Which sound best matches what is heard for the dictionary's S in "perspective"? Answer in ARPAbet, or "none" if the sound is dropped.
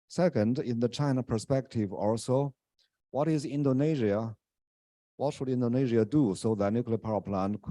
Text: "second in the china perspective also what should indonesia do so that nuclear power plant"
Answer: S